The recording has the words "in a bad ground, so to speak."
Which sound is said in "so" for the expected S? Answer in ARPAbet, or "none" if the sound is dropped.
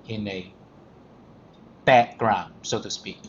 S